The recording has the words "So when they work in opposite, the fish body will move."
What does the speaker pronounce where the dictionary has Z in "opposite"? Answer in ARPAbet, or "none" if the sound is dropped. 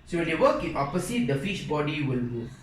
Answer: S